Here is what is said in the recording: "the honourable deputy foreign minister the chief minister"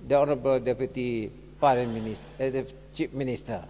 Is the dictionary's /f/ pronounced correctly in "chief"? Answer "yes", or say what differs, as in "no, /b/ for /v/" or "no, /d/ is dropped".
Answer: no, /p/ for /f/